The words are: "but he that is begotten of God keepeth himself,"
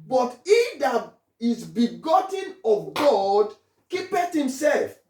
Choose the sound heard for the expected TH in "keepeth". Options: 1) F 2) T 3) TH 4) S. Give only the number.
2